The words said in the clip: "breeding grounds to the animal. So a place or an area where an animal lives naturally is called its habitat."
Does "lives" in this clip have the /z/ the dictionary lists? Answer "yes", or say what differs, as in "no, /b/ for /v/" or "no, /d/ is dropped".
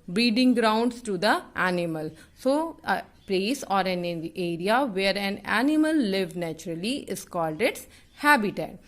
no, /z/ is dropped